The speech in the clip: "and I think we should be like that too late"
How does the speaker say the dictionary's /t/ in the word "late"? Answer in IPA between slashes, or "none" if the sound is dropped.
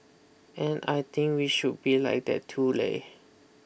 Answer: none